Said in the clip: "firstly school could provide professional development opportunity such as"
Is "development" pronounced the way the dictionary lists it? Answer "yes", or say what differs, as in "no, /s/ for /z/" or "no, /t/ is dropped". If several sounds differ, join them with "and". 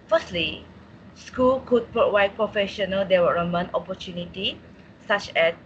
no, /w/ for /v/ and /p/ is dropped